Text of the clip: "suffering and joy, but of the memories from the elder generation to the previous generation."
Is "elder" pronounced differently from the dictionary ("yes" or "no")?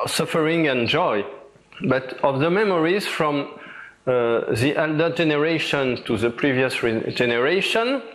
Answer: no